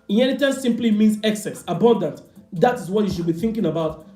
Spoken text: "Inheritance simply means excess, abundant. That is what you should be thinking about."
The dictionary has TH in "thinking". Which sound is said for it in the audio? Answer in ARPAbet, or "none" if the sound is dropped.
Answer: TH